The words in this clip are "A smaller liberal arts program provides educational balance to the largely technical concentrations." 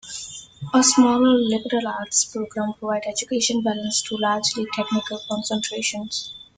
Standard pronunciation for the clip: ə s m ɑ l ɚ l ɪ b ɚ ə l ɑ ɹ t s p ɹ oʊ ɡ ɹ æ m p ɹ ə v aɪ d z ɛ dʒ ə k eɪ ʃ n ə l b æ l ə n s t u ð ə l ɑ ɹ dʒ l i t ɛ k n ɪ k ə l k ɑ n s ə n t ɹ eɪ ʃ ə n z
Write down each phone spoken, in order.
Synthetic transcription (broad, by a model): ə s m ɑ l ɚ l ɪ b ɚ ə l ɑ ɹ t s p ɹ oʊ ɡ ɹ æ m p ɹ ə v aɪ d ɛ dʒ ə k eɪ ʃ ə n b æ l ə n s t u l ɑ ɹ dʒ l i t ɛ k n ɪ k ə l k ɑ n s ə n t ɹ eɪ ʃ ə n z